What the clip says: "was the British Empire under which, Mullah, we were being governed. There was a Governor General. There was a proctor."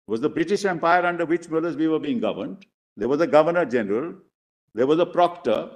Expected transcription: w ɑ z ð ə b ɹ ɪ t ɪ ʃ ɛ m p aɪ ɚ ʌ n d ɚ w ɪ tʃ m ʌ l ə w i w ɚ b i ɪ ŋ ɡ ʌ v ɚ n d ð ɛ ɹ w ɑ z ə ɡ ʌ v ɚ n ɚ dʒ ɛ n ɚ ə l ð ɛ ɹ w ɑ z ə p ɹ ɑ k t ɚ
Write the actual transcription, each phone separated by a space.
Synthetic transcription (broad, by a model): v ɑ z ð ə b ɹ ɪ t ɪ ʃ ɛ m p aɪ ɚ ʌ n d ɚ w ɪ tʃ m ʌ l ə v i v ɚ b i ɪ ŋ ɡ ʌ v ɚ n d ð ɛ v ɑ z ə ɡ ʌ v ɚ n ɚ dʒ ɛ n ɚ ə l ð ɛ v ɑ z ə p ɹ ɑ k t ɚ